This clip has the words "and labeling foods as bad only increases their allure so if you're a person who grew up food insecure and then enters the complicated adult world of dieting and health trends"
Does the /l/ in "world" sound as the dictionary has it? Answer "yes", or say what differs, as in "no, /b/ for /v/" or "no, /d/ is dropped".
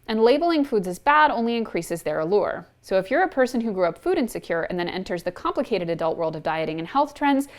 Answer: yes